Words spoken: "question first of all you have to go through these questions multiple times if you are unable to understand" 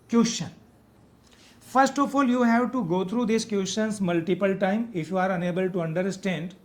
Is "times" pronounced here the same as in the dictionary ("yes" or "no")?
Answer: no